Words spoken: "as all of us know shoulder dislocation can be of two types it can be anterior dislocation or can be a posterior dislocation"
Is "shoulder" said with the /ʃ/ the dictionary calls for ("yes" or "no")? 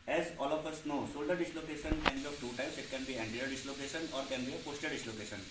no